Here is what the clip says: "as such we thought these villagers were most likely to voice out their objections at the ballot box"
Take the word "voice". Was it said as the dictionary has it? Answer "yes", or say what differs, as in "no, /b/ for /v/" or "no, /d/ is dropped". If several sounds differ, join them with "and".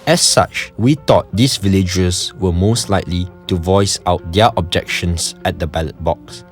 yes